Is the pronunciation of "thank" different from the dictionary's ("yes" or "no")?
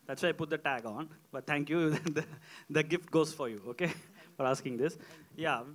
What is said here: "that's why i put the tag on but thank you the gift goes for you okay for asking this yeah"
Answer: yes